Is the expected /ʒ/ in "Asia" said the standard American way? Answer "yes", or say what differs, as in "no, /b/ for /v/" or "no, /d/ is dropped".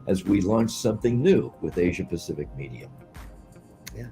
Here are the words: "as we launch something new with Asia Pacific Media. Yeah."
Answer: yes